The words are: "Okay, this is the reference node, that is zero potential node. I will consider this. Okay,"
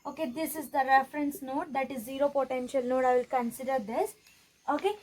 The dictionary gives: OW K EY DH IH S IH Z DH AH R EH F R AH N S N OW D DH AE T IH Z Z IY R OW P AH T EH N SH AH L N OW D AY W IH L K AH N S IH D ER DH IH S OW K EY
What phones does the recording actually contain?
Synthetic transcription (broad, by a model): OW K EY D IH S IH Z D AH R EH F R AH N S N OW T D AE T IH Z Z IY R OW P AH T EH N SH AH L N OW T AY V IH L K AH N S IH D ER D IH S OW K EY